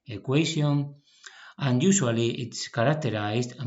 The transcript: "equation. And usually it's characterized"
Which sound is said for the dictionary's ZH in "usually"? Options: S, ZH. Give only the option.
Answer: S